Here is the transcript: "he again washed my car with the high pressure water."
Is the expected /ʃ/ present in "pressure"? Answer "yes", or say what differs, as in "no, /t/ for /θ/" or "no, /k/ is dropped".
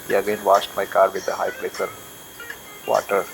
no, /s/ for /ʃ/